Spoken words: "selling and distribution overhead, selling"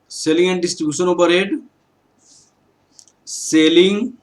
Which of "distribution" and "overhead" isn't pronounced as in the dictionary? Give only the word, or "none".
overhead